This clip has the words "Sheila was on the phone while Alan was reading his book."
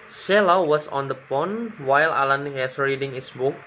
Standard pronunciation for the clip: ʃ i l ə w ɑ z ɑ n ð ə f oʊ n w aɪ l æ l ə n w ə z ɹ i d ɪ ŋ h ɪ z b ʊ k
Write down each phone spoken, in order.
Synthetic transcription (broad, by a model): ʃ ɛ l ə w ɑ s ɑ n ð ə p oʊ n w aɪ l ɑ l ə n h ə s ɹ i d ɪ ŋ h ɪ s b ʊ k